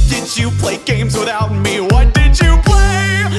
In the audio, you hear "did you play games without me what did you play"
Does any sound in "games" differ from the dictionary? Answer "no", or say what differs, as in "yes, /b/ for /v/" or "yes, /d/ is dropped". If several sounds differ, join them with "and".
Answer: no